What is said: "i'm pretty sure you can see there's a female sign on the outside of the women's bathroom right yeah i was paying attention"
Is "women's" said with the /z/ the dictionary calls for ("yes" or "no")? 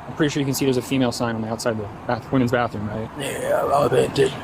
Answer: yes